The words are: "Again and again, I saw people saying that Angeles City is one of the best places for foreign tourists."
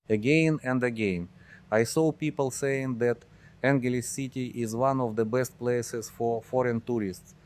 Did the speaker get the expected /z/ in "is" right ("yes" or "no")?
yes